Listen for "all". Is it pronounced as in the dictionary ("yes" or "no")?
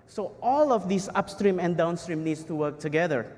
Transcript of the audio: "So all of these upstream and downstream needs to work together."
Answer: yes